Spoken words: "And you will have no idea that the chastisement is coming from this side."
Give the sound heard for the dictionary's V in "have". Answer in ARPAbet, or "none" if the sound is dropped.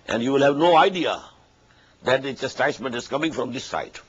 V